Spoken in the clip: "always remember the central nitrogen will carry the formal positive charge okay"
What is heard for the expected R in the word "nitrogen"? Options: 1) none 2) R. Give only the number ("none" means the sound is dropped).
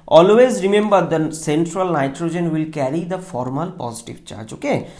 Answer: 2